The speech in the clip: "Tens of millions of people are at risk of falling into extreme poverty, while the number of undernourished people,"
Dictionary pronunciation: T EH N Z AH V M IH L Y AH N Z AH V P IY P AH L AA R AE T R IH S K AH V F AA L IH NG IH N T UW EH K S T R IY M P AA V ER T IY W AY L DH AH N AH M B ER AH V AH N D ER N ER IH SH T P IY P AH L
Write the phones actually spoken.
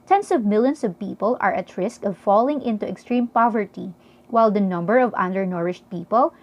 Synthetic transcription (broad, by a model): T EH N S AH V M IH L Y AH N S AH V P IY P AH L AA R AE T R IH S K AH V F AA L IH NG IH N T UW EH K S T R IY M P AA V ER T IY W AY L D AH N AH M B ER AH V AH N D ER N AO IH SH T P IY P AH L